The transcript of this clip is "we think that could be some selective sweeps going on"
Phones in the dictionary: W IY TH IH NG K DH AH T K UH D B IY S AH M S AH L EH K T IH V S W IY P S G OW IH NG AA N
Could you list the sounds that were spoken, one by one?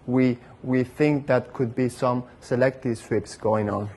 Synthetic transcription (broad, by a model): W IY TH IH NG K DH AH T K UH D B IY S AH M S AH L EH K T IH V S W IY P S G OW IH NG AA N